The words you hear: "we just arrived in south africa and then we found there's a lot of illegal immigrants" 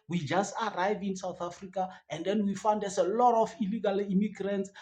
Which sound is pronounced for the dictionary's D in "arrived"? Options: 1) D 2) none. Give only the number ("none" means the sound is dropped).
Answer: 2